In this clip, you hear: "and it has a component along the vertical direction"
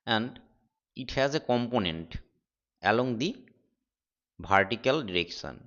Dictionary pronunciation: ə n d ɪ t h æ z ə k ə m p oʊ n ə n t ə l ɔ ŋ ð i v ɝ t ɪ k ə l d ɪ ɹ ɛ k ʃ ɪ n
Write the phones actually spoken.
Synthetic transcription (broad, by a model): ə n d ɪ t h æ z ə k ə m p oʊ n ə n t ə l ɔ ŋ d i b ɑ t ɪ k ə l d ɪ ɹ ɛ k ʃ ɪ n